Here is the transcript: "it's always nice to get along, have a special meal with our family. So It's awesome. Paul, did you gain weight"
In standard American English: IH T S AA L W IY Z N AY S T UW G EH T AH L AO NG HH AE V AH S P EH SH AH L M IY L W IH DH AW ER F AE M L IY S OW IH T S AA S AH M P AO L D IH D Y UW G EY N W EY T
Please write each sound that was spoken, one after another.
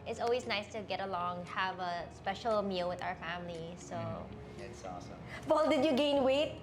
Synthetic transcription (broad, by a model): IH T S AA L W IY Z N AY S T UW G EH T AH L AO NG HH AE V AH S P EH SH AH L M IY L W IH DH AW ER F AE M L IY S OW IH T S AA S AH M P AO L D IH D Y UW G EY N W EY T